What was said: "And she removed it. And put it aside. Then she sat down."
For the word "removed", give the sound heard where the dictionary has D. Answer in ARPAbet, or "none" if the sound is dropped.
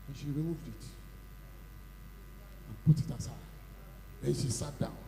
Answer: D